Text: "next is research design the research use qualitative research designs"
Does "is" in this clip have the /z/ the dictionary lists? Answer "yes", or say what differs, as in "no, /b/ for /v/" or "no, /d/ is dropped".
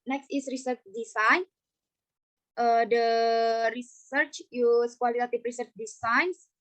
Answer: no, /s/ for /z/